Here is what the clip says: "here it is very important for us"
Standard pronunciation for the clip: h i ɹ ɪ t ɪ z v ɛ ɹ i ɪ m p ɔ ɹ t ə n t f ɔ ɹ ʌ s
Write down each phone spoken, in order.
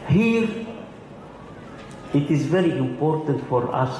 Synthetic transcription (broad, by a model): h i ɹ ɪ t ɪ z v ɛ ɹ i ɪ m p ɔ ɹ t ə n t f ɔ ɹ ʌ s